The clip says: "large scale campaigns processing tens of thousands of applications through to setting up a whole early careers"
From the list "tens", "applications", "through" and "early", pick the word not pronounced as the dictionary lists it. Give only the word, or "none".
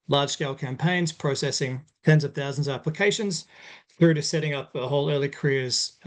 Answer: none